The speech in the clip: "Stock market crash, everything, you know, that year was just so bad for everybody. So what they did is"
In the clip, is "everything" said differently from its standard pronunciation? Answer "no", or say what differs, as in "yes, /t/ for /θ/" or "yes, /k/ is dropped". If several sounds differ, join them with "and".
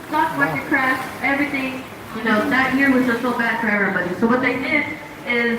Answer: no